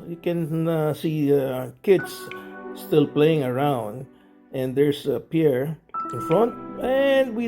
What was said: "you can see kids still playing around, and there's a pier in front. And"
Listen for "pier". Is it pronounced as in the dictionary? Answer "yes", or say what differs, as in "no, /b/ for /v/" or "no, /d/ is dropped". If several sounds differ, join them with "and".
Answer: yes